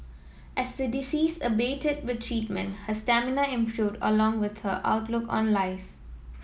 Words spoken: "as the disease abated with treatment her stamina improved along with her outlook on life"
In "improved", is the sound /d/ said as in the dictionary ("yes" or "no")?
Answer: yes